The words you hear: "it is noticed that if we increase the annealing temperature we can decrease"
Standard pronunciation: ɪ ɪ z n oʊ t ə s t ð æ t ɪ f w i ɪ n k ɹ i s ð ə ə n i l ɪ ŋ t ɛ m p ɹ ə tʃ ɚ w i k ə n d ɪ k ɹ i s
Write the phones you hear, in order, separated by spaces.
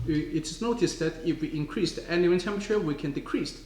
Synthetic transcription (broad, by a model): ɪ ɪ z n oʊ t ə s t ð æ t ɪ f w i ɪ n k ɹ i s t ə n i w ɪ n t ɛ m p ə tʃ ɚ w i k ə n d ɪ k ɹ i s